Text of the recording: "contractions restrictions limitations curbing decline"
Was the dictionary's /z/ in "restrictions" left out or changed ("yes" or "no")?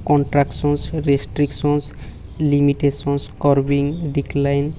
yes